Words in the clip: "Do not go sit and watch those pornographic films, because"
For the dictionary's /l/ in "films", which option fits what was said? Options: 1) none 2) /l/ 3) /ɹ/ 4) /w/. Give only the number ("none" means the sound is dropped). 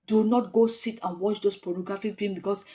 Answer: 1